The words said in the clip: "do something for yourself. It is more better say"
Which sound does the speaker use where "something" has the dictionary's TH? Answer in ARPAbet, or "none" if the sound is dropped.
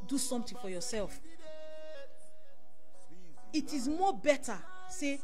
T